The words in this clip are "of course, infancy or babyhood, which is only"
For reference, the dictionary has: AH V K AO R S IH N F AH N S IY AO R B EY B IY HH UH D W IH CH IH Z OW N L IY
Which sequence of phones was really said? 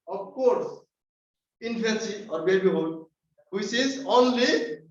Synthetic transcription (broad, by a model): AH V K AO R S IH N P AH N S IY AO R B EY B IY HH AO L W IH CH IH Z OW N L IY